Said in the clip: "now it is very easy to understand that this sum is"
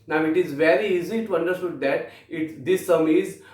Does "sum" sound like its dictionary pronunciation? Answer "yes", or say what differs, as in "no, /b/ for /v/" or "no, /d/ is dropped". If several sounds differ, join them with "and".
yes